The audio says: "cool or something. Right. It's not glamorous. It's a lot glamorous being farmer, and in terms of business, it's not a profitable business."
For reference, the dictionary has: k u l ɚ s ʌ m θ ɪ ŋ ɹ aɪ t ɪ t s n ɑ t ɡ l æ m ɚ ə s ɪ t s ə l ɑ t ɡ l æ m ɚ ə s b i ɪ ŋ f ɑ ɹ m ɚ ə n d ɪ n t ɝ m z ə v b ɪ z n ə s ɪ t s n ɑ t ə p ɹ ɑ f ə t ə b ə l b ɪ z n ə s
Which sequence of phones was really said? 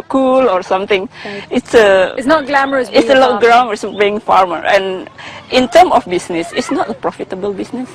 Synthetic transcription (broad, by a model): k u l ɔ s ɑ m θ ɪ ŋ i t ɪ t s n ɑ t ɡ l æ m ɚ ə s ɪ t s ə l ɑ ɡ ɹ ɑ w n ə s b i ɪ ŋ f ɑ ɹ m ɚ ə n ɪ n t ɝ m ə f b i s n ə s ɪ t s n ɑ t ə p ɹ ɑ f ə t ə b ə l b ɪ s n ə s